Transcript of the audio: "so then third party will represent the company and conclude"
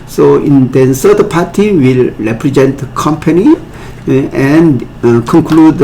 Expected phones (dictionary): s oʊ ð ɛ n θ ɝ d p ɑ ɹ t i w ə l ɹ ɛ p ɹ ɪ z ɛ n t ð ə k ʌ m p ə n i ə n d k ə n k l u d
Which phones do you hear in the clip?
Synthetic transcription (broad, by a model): s oʊ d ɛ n s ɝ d p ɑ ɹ t i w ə l ɹ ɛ p ɹ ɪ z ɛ n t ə k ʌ m p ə n i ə n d k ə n k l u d